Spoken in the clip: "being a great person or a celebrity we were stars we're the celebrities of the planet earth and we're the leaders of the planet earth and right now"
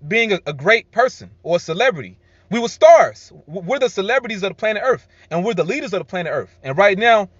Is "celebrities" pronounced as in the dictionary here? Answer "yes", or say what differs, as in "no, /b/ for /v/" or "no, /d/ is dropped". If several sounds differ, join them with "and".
yes